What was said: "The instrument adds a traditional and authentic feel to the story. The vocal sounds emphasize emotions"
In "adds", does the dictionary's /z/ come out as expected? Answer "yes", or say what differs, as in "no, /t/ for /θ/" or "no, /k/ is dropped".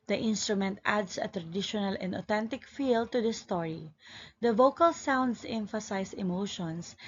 no, /s/ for /z/